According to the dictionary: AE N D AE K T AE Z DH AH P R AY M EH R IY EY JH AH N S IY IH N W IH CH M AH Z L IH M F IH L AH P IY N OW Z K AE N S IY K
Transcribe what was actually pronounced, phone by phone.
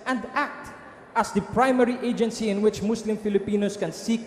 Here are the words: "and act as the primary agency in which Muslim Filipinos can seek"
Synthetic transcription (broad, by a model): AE N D AE K T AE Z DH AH P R AY M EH R IY EY JH AH N S IY IH N W IH CH M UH S L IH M F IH L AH P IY N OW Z K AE N S IY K